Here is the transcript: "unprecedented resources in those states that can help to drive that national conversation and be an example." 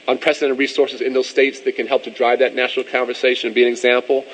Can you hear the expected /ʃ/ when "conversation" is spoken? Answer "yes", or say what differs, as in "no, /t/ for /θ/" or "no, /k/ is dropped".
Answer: no, /ʃ/ is dropped